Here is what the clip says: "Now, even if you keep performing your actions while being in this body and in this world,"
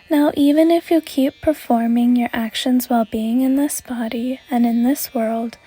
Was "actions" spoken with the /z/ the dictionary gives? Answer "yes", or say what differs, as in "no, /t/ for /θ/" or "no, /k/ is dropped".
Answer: yes